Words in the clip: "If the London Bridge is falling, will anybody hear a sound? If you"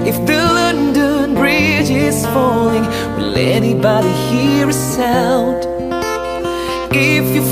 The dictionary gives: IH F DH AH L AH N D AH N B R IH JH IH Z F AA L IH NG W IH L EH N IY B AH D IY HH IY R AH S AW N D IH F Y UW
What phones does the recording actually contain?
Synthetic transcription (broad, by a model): IH F DH AH L AH N D AH N B R IH JH IH Z F AA L IH NG W IH L EH N IY B AH D IY HH IY R AH S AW L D IH F Y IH